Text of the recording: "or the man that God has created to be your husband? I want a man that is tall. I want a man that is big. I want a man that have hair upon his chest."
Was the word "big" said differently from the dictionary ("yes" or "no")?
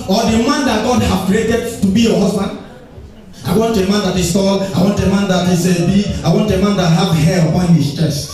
yes